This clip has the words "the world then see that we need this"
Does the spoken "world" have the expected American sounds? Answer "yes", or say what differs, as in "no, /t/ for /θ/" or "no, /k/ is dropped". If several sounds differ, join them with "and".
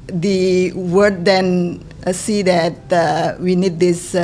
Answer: no, /l/ is dropped